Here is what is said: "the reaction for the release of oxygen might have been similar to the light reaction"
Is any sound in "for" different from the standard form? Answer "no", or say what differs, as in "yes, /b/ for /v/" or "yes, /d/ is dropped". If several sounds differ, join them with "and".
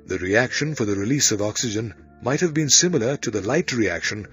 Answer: no